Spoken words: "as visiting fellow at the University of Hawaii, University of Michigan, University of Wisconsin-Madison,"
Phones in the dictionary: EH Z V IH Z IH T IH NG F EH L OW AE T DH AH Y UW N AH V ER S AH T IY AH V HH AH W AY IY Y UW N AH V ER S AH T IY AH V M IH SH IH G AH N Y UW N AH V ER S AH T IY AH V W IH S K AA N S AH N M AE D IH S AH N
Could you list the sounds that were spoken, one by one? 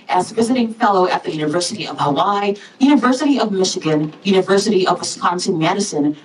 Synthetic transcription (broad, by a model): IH Z V IH Z IH T IH NG F EH L OW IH T DH AH Y UW N AH V ER S AH T IY AH V HH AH W AY Y UW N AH V ER S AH T IY AH V M IH SH IH G AH N Y UW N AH V ER S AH T IY AH V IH S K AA N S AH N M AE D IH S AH N